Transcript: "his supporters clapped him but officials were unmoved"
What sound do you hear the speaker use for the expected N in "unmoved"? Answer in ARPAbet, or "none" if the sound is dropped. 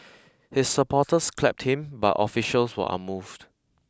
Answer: none